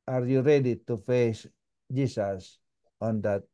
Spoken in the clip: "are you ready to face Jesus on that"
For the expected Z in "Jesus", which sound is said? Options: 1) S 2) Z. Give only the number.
1